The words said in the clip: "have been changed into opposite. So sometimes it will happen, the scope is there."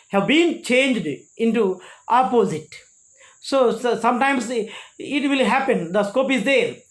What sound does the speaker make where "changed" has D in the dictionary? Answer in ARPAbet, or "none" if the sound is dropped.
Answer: D